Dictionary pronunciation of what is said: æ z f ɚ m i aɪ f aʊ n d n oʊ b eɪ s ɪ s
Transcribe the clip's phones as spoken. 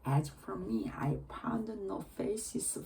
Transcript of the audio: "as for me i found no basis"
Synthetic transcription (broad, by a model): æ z f ɚ m i aɪ p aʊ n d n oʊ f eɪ s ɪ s